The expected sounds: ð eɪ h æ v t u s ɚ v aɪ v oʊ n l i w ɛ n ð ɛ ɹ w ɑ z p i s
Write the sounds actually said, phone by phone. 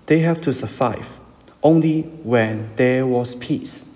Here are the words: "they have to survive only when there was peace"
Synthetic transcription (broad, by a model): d eɪ h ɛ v t u s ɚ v aɪ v oʊ n l i w ɛ n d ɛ w ɑ s p i s